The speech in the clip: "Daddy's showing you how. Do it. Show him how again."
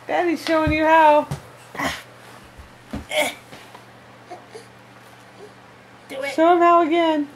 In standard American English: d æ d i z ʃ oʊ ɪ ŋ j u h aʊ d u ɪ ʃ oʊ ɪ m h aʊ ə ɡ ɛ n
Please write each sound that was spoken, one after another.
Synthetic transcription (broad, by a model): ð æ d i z ʃ oʊ ɪ ŋ j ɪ h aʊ ɪ s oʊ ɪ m h aʊ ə ɡ ɛ n